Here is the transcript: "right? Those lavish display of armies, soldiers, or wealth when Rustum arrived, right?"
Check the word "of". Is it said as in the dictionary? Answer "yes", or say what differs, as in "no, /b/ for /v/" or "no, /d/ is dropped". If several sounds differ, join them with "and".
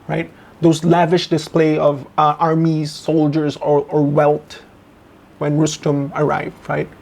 yes